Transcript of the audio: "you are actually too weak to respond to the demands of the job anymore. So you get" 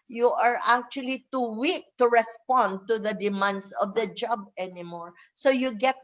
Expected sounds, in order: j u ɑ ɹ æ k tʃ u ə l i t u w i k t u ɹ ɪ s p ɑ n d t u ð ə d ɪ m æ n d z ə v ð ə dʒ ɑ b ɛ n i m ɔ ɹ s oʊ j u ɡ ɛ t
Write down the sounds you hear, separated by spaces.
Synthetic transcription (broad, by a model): j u ɑ ɹ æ k tʃ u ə l i t u w i k t u ɹ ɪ s p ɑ n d t u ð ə d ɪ m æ n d s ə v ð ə dʒ ɑ b ɛ n i m ɔ ɹ s oʊ j u ɡ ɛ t